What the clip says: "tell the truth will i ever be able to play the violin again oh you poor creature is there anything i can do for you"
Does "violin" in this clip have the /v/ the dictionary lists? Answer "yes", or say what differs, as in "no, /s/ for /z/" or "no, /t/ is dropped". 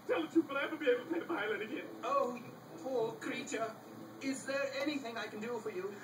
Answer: no, /p/ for /v/